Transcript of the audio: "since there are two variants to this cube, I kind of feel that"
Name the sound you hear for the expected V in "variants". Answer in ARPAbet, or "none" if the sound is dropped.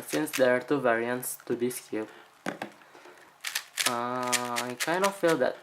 V